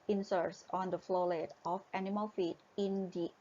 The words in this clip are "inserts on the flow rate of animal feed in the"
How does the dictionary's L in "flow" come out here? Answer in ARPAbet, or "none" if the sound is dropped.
L